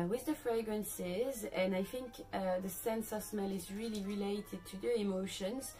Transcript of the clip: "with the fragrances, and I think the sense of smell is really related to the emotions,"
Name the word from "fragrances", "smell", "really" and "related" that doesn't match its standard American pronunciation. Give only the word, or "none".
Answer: none